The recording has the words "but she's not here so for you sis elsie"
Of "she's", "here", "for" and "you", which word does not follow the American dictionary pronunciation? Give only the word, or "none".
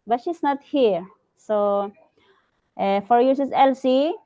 she's